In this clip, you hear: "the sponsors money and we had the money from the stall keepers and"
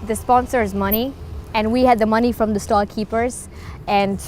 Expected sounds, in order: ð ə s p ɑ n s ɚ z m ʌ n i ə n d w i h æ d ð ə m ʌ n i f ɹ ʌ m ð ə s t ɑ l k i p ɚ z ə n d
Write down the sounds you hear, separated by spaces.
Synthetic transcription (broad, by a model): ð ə s p ɑ n s ɚ z m ʌ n i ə n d w i h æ d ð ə m ʌ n i f ɹ ʌ m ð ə s t ɑ l k i p ɚ z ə n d